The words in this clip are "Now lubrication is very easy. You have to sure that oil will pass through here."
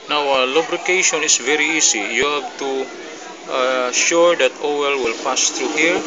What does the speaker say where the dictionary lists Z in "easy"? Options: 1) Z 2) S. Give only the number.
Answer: 2